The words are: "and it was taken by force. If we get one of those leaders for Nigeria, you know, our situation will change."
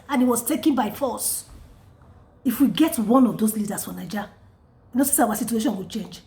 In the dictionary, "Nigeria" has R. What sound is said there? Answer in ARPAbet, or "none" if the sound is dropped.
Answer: W